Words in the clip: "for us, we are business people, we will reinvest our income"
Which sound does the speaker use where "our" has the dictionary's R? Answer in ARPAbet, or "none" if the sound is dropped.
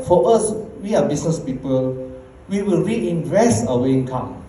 W